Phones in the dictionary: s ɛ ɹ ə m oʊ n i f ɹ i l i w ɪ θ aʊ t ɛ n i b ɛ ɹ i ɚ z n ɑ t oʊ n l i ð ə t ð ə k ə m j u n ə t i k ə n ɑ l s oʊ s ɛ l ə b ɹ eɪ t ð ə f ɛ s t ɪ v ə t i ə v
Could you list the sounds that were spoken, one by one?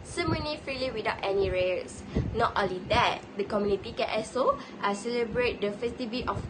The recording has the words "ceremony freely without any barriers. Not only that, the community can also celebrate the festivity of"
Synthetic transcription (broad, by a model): s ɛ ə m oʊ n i f ɹ i l i w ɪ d aʊ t ɛ n i ɹ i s n ɑ t oʊ n l i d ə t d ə k ə m j u n ə t i k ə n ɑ s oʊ s ɛ l ə b ɹ eɪ t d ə f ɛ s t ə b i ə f